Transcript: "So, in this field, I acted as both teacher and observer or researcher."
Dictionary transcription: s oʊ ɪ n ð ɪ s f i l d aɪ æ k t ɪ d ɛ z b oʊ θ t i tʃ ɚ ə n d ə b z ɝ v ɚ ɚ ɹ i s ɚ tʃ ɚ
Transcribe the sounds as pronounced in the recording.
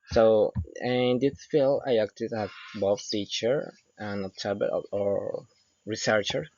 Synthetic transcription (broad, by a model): s oʊ ɪ n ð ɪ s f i l aɪ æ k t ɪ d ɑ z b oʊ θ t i tʃ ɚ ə n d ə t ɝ b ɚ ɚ ɹ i s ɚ tʃ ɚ